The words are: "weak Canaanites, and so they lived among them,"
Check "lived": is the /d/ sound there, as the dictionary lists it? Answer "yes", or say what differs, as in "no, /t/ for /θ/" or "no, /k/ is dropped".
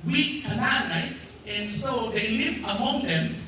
no, /d/ is dropped